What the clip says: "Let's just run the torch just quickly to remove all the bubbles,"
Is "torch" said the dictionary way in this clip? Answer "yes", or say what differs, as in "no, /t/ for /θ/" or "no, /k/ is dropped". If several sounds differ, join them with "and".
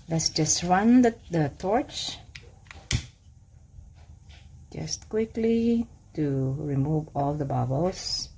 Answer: yes